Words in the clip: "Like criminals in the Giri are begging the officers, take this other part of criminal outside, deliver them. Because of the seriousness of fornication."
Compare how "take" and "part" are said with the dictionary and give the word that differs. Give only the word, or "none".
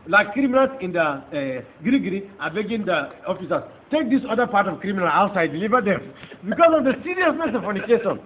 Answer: none